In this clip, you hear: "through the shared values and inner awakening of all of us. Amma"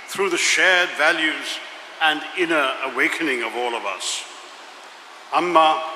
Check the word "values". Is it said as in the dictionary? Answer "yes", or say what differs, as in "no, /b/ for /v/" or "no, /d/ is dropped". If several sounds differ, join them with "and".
yes